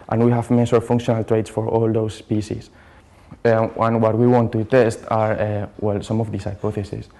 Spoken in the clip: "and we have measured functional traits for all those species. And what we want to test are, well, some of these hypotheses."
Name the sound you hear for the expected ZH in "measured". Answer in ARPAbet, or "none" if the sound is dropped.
S